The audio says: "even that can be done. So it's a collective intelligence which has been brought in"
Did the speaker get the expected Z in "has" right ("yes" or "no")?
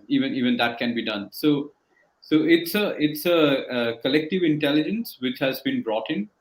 yes